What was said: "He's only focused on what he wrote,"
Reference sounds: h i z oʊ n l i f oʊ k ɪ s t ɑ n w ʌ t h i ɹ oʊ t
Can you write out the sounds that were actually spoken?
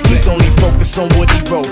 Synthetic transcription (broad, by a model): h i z oʊ n l i f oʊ k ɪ s ɑ n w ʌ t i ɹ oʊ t